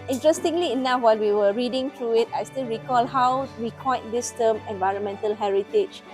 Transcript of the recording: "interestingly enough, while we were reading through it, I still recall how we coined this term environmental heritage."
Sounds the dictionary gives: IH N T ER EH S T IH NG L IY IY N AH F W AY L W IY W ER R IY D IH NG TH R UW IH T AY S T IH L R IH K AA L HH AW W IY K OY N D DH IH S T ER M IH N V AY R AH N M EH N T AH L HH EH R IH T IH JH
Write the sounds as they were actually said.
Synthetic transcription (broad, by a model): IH N T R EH S T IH NG L IY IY N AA F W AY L W IY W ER R IY D IH NG T R UW IH T AY S T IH L R IH K AA L HH AW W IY K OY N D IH S T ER M IH N V AY R AH N M EH N T AH L HH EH R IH T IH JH